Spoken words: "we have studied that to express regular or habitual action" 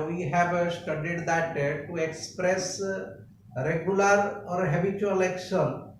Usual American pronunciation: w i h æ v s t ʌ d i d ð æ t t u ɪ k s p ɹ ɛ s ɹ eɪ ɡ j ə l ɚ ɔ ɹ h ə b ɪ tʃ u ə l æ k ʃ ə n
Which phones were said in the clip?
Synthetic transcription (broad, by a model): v i h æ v s t ʌ d i d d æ t t u ɪ k s p ɹ ɛ s ɹ eɪ ɡ j ə l ɚ ɔ ɹ h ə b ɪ tʃ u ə l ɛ k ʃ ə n